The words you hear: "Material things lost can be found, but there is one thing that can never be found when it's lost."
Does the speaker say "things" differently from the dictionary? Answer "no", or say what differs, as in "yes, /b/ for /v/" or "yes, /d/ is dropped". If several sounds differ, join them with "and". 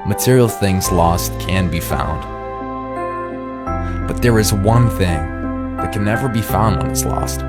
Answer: no